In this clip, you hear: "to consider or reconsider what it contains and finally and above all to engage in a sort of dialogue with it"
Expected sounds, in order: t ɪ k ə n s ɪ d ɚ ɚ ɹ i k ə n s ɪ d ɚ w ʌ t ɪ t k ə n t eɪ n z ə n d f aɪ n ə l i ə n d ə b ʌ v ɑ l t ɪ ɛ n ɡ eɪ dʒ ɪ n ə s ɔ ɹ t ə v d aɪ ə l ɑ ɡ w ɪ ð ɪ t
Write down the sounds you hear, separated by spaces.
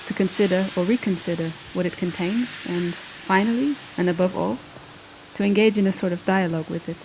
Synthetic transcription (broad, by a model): t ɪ k ə n s ɪ d ɚ ɚ ɹ i k ə n s ɪ d ɚ w ʌ t ɪ t k ə n t eɪ n z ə n f aɪ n l i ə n ə b ʌ v ɑ l t ɪ ɛ n ɡ eɪ dʒ ɪ n ə s ɔ ɹ t ə v d aɪ ə l ɑ ɡ w ɪ ð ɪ t